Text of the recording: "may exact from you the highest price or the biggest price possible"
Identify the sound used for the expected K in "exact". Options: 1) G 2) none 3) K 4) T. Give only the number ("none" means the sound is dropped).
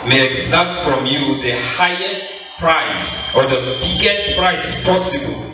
2